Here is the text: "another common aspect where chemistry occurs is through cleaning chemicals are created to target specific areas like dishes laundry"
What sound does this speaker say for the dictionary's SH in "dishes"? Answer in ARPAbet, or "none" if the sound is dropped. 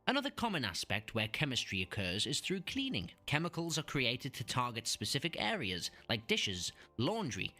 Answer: SH